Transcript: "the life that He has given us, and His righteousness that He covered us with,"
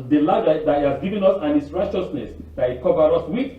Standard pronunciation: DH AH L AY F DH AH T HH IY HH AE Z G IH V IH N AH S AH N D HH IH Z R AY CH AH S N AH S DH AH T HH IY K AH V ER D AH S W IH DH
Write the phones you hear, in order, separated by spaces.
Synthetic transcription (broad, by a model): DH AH L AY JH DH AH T HH IY HH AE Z G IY V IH N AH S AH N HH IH S R AY CH AH S N AH S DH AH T HH IY K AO V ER AH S W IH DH